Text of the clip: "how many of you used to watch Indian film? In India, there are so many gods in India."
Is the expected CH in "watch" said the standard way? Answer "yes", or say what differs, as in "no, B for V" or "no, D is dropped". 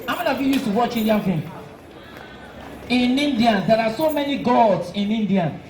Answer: yes